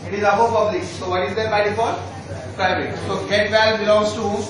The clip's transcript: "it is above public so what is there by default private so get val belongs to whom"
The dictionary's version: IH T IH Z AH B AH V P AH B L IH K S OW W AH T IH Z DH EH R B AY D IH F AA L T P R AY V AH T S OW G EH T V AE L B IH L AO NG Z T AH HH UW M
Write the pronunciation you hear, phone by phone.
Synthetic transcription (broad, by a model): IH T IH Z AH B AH P AH B L IH K S OW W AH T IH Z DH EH B AY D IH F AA T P R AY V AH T S OW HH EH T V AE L B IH L AO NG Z T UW